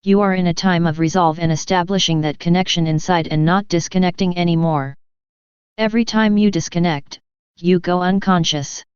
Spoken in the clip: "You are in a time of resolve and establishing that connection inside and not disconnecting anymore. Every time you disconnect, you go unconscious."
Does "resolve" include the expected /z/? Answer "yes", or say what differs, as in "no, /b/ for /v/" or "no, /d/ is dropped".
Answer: yes